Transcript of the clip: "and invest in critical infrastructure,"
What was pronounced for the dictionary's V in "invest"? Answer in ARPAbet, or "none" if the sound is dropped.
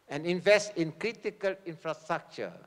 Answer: V